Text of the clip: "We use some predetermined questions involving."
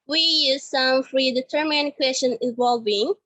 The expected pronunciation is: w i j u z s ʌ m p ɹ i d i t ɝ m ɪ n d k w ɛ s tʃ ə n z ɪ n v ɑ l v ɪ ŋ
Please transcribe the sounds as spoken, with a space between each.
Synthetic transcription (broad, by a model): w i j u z s ʌ m f ɹ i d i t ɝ m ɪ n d k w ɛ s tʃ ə n ɪ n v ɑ l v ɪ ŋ